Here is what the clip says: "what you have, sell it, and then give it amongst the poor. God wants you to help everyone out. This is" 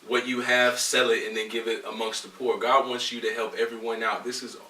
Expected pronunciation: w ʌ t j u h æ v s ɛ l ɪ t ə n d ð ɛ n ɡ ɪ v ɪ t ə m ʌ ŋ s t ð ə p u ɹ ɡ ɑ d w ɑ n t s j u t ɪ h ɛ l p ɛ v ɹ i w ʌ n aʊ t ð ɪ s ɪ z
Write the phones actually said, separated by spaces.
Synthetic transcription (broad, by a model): w ʌ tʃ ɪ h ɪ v s ɛ l ɪ t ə n ð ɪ n ɡ ɪ v ɪ t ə m ʌ ŋ s t ð ə p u ɹ ɡ ɑ d w ɑ n t s j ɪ t ɪ h ɛ l p ɛ v ɹ i w ʌ n aʊ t ð ɪ s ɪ z